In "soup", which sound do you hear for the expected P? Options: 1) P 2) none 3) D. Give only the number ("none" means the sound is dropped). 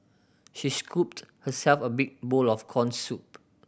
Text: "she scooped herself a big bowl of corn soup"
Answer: 1